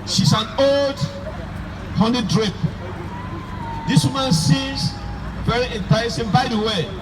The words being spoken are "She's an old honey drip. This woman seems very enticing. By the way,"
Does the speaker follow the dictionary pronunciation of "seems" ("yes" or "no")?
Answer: no